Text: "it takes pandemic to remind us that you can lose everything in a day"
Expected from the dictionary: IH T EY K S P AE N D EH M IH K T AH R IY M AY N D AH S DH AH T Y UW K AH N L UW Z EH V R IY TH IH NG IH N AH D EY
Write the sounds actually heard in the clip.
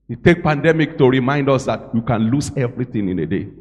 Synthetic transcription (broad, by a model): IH T EY K P AE N D EH M IH K T AH R IY M AY N D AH S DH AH T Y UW K AH N L UW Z EH V R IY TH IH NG IH N AH D EY